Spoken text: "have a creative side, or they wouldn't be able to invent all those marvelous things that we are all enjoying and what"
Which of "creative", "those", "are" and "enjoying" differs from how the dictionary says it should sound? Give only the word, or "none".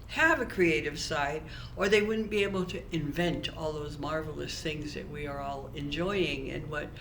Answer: none